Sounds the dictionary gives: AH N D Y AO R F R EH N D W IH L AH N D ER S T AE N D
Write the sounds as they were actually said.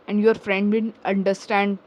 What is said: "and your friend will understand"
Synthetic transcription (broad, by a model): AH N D Y AO R F R EH N D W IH N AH N D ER S T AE N D